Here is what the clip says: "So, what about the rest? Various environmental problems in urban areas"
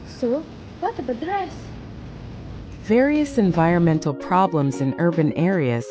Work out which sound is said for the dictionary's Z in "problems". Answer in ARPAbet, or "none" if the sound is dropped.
Z